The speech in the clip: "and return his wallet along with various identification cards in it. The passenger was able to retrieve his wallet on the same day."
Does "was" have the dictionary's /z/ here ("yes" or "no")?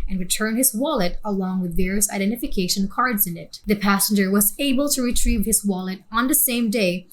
yes